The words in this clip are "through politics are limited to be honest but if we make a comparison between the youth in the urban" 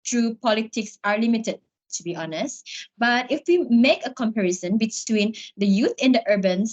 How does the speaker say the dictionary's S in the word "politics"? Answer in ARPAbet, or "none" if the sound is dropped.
S